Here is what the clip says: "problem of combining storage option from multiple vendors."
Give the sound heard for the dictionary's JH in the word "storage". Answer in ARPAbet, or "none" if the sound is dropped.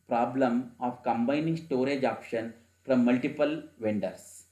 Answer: JH